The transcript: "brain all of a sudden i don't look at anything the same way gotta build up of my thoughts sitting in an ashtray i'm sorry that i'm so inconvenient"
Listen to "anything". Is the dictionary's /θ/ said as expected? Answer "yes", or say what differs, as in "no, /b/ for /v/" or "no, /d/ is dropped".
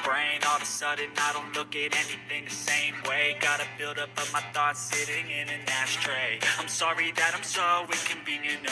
yes